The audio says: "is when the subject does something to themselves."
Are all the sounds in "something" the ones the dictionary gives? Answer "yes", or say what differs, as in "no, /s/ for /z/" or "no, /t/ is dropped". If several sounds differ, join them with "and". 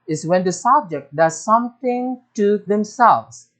no, /t/ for /θ/